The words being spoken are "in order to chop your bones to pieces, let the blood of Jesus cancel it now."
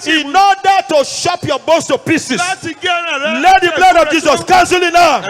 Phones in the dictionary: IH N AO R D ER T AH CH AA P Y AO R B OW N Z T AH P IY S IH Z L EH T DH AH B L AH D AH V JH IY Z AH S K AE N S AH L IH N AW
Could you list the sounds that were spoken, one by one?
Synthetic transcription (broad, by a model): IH N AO D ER T AH SH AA P Y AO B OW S T AH P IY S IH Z L EH T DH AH B L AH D AH V JH IY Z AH S K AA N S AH L IH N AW